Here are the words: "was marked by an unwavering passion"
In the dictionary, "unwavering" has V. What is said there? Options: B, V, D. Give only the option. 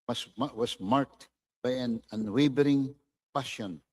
B